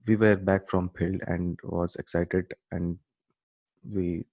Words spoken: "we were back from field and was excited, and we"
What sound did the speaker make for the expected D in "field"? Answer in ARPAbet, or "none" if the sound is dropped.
none